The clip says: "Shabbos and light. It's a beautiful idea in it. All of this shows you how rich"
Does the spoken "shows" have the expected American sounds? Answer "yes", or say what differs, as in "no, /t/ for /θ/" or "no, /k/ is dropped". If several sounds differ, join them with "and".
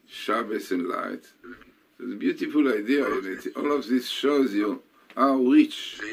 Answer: yes